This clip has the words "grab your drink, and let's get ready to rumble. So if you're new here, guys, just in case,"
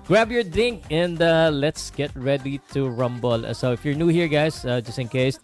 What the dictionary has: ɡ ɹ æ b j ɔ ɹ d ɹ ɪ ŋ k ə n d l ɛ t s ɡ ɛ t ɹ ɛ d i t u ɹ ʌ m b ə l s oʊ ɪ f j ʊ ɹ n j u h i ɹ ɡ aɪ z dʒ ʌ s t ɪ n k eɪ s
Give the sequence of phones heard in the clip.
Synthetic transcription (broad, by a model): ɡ ɹ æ b j ɔ ɹ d ɪ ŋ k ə n d l ɛ t s ɡ ɛ t ɹ ɛ d i t u ɹ ʌ m b ə l s oʊ ɪ f j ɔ ɹ n j u h i ɹ ɡ aɪ s dʒ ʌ s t ɪ n k eɪ s